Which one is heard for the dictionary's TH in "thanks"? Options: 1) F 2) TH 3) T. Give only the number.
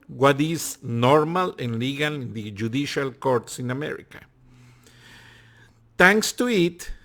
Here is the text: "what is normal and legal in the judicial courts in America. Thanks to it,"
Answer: 3